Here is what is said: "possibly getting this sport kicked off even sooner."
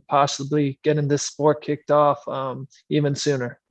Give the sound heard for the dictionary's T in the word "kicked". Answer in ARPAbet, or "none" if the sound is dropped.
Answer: T